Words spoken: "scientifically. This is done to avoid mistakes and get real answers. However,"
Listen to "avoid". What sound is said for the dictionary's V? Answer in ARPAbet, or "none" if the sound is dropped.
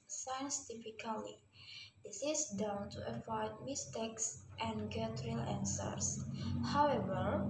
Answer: F